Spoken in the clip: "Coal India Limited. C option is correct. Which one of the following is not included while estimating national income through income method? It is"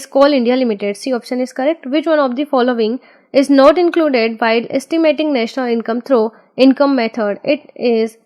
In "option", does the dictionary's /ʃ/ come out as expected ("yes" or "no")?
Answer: yes